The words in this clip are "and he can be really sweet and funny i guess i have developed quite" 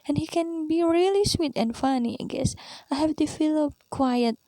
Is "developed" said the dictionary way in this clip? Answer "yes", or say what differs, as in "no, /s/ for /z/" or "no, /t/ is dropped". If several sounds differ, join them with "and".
no, /f/ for /v/